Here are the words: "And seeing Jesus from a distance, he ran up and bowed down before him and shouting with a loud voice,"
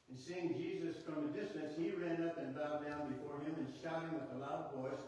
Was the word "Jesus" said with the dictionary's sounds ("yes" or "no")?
yes